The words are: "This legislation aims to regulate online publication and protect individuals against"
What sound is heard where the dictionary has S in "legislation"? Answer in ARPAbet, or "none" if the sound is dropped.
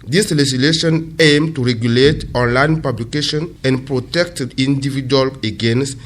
none